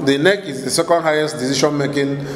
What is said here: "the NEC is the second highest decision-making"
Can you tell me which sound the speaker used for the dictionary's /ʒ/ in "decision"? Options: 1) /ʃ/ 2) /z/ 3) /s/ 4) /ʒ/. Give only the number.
1